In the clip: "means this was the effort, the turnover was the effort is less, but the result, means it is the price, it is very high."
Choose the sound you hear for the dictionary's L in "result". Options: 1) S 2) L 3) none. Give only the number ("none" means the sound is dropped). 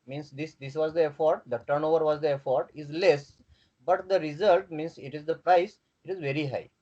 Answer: 2